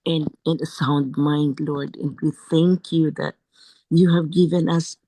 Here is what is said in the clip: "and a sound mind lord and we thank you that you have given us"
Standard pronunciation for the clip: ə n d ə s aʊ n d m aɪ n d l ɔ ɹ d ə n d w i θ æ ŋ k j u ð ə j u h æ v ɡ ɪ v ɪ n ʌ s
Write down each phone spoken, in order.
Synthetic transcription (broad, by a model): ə n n ə s aʊ n d m aɪ n d l ɔ ɹ d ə n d w i θ æ ŋ k j u ð ə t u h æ v ɡ ɪ v ɪ n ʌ s